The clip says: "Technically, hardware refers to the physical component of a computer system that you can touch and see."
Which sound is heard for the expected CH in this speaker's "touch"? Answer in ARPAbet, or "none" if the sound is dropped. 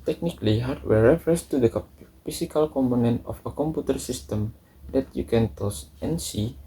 S